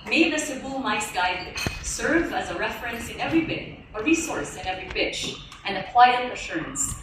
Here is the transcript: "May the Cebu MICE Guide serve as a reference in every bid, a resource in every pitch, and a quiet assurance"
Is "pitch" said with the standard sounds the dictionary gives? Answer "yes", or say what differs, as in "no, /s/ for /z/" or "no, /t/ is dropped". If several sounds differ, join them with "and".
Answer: no, /b/ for /p/